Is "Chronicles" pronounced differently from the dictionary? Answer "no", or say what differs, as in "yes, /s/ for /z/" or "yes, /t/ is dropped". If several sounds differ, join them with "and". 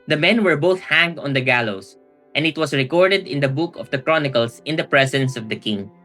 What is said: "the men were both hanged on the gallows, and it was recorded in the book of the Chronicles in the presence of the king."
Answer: yes, /s/ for /z/